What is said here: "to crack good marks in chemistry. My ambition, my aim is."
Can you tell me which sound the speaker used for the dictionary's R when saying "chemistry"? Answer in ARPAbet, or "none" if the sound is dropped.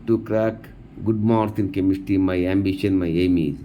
none